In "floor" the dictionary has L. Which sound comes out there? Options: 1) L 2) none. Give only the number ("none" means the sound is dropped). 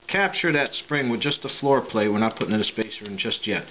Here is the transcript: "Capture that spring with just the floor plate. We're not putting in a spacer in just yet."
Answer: 1